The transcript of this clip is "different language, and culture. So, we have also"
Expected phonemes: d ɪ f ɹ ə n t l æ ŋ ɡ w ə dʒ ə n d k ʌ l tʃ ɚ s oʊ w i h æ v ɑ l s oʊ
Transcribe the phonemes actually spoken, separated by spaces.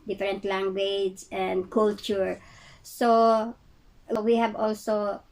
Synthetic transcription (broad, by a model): d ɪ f ɹ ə n t l æ ŋ ɡ w ə dʒ ə n d k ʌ l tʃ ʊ s oʊ w i h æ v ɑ l s oʊ